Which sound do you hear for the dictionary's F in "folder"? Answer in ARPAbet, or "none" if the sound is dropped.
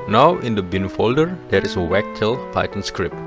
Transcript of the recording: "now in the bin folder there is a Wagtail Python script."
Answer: F